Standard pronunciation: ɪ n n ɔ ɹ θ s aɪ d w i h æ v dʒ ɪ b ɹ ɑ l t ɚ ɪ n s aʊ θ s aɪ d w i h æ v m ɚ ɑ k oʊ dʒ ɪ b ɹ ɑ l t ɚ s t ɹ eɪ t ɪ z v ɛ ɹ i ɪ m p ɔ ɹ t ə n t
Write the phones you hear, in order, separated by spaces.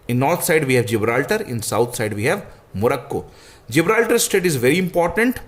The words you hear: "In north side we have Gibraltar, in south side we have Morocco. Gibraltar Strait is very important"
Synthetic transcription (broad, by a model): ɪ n n ɔ ɹ t s aɪ d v i h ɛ v dʒ ɪ b ɹ ɑ l t ɚ ɪ n s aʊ t s aɪ d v i h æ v m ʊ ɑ k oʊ dʒ ɪ b ɹ ɑ l t ɚ s t eɪ t ɪ z v ɛ ɹ i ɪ m p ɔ ɹ t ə n t